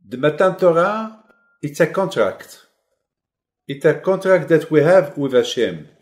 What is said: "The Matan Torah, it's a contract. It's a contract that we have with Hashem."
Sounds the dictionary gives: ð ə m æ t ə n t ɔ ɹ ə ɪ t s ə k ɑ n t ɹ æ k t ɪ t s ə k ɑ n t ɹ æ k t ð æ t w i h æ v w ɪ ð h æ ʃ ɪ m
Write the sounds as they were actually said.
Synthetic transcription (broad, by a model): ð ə m æ t ə n t ɔ ɹ ə ɪ t s ə k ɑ n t ɹ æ k t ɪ t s ə k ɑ n t ɹ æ k t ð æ t w i h æ v w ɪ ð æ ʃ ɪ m